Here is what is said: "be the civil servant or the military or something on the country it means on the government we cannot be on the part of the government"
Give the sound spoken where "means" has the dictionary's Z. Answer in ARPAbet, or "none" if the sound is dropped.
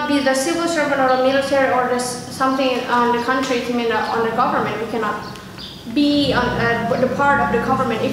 none